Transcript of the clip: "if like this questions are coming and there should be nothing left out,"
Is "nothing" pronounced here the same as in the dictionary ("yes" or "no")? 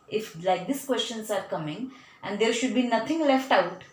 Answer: no